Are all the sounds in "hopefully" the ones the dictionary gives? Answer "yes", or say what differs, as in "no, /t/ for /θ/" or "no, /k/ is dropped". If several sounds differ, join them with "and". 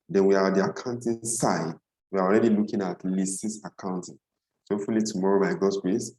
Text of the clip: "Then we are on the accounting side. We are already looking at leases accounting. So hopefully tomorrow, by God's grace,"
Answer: no, /p/ is dropped